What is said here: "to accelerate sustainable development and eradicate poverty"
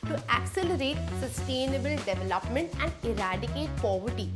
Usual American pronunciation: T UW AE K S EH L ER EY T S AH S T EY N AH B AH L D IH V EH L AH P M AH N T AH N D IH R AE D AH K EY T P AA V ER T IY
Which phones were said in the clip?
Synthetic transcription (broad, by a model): T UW AE K S EH L ER EY T S AH S T EY N AH B AH L D IH V EH L AH P M AH N T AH N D IH R AE D AH K EY T P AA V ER T IY